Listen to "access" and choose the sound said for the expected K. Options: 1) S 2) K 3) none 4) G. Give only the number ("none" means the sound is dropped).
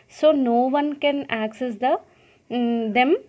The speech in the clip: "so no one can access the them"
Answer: 2